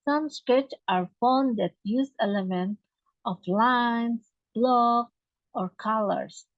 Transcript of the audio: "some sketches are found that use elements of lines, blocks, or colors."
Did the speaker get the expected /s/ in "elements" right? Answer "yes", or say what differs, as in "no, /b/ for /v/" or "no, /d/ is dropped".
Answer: no, /s/ is dropped